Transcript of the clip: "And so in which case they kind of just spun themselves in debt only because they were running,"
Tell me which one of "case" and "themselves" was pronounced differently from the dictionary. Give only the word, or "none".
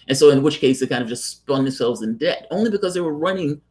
none